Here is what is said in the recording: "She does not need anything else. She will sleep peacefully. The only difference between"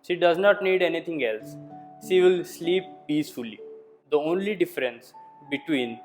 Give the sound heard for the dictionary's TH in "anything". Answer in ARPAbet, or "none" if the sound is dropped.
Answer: T